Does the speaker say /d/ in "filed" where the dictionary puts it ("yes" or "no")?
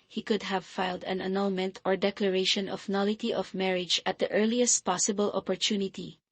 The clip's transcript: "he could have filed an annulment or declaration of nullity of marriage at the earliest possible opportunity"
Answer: yes